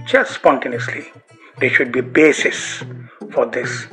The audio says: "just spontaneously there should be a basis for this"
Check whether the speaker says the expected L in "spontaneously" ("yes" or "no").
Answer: yes